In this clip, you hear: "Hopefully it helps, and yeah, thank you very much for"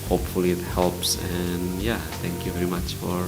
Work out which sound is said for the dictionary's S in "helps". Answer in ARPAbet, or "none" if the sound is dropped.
S